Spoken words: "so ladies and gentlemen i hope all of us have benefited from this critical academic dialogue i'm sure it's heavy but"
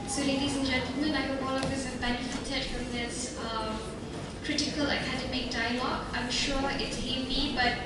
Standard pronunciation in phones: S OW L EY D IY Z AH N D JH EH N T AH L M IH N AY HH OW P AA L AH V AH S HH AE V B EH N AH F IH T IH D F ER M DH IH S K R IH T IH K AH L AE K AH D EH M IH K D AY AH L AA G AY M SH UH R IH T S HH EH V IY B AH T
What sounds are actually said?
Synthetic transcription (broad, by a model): S OW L EY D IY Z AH N JH EH N T AH L M IH N AY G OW AA L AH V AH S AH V B EH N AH F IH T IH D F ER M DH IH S K R IH T IH K AH L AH K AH D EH M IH K D AY AH L AA G AY M SH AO R IH T S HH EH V IY B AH T